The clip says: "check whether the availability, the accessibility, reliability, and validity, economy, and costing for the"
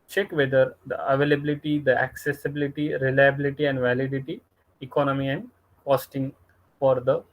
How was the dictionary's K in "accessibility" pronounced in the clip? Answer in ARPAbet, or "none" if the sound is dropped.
K